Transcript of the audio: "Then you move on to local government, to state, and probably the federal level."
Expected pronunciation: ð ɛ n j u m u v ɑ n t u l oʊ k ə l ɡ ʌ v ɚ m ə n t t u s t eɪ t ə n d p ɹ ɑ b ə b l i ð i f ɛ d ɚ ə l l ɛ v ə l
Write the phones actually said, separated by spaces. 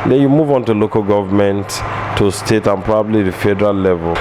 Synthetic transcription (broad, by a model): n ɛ j u m u v ɑ n t u l oʊ k ə l ɡ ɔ v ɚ m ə n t t u s t eɪ t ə n p ɹ ɑ b ə b l i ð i f ɛ d ɚ ə l l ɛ v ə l